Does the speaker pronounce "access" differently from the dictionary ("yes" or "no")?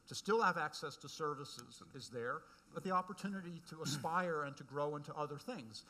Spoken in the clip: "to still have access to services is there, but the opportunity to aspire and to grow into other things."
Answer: no